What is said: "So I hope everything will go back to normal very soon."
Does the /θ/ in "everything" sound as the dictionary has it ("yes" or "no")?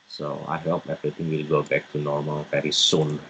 no